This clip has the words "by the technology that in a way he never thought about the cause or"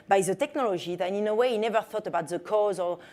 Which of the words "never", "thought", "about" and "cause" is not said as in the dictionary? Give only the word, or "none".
none